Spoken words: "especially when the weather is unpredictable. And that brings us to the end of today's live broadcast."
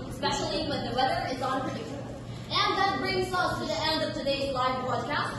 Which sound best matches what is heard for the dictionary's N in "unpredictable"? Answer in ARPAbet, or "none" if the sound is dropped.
none